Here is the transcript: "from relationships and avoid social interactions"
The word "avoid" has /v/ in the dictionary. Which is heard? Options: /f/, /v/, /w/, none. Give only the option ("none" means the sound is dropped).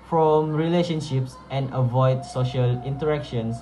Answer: /v/